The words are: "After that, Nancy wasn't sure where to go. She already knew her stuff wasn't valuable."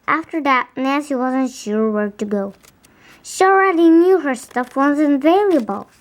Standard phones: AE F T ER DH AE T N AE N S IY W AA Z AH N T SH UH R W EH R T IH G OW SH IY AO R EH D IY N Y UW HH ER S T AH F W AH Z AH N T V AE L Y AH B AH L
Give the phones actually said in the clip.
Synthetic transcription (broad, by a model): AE F T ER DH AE T N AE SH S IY W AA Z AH N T SH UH R W EH R T IH G OW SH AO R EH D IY N Y UW HH ER S T AH F W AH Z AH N V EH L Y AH B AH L